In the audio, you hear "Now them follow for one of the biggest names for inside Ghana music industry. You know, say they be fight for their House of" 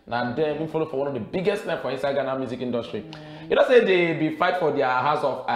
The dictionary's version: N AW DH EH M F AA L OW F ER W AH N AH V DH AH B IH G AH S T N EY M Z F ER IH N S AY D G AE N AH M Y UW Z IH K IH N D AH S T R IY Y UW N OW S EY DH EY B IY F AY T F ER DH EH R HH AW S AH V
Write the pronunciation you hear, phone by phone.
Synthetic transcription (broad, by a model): N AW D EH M F AA L OW F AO W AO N AH V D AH B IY G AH S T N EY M F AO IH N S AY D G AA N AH M Y UW Z IH K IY N D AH S T R IY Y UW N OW S EY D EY B IY F AY T F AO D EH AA HH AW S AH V